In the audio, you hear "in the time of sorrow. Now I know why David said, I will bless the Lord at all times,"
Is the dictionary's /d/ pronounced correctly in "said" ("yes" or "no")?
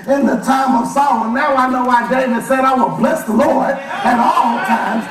yes